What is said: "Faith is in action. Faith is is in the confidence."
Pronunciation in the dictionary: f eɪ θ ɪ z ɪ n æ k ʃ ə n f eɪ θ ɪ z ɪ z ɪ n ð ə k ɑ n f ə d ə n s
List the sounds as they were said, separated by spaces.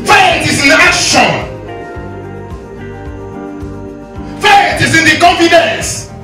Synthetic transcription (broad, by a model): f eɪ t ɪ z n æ ʃ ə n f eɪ t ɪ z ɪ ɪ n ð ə k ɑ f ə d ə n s